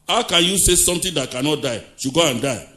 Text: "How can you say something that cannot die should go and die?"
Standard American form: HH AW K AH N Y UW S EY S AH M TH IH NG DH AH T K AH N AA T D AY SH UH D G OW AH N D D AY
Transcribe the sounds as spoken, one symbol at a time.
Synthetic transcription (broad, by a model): HH AW K AH N Y UW S EY S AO M T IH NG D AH T K AH N AA T D AY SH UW G OW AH N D D AY